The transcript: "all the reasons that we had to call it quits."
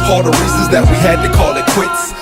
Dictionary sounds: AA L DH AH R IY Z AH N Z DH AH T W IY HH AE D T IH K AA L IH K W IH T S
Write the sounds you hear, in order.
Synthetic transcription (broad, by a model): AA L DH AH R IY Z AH Z DH AH T W IY HH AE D T IH K AA L IH K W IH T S